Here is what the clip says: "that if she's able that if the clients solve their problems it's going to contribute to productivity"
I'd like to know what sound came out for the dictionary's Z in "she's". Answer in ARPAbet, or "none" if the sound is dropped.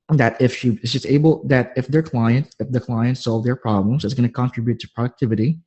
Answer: S